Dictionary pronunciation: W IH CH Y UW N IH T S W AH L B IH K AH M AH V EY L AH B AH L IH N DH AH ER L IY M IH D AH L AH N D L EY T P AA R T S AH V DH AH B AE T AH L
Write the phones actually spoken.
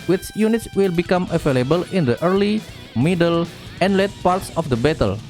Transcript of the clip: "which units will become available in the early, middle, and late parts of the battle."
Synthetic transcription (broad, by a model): W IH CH Y UW N IH T S W AH L B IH K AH M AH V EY L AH B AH L IH N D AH ER L IY M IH D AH L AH N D L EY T P AA R T S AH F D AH B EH T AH L